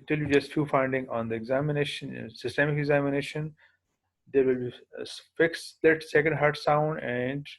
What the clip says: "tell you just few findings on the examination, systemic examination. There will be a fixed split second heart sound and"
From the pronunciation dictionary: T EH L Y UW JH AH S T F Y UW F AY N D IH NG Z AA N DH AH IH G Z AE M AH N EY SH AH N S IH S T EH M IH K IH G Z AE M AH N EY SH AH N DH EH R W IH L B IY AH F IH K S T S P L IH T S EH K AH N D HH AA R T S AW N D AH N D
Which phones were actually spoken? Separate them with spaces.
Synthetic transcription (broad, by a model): T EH L Y UW JH AH S T F Y UW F AY N D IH NG AA N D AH IH G Z AE M AH N EY SH AH N S IH S T EH M IH K IH G Z AE M AH N EY SH AH N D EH R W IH L B IY F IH K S S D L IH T S EH K AH N D HH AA R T S AW N D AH N D